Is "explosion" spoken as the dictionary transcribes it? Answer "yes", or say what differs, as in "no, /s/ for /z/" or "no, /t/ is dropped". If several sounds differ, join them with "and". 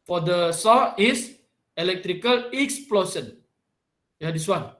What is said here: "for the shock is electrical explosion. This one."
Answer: no, /s/ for /ʒ/